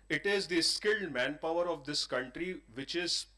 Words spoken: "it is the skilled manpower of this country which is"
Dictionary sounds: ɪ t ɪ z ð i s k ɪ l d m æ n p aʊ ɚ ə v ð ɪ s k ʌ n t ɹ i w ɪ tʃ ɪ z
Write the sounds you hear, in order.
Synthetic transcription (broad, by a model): ɪ t ɪ z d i s k ɪ l d m æ n p aʊ ɚ ə v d ɪ s k ʌ n t ɹ i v ɪ tʃ ɪ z